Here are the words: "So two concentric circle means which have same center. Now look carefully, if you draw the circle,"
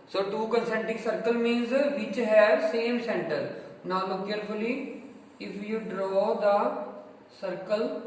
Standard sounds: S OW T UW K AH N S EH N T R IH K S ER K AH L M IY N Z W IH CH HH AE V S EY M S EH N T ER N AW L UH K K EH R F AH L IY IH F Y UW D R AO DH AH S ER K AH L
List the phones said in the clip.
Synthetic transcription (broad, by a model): S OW T UW K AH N S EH N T IH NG S ER K AH L M IY N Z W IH CH HH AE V S EY M S EH N T ER N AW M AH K K EH R F AH L IY IH F Y UW D R AO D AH S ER K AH L